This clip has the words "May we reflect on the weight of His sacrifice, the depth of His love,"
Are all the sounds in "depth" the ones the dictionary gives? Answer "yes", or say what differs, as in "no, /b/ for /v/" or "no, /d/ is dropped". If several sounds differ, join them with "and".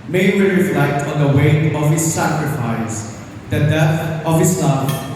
no, /p/ is dropped